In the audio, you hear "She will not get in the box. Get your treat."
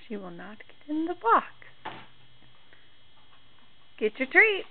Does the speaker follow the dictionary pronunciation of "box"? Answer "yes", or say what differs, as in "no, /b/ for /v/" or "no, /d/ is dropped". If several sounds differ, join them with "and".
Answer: no, /s/ is dropped